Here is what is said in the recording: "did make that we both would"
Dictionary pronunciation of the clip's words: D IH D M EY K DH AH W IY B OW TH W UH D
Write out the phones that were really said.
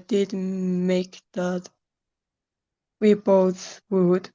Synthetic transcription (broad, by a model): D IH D M EY K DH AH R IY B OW S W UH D